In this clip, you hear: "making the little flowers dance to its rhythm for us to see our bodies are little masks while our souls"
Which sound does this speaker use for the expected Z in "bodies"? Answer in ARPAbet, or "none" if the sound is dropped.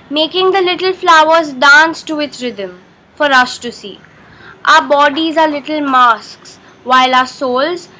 Z